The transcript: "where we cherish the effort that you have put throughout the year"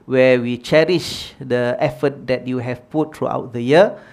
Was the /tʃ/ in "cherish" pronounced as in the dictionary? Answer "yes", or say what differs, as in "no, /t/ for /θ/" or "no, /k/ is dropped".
yes